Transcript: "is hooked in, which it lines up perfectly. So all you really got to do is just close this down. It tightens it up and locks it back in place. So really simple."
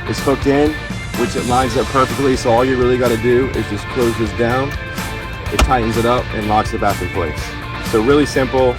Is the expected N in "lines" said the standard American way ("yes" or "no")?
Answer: yes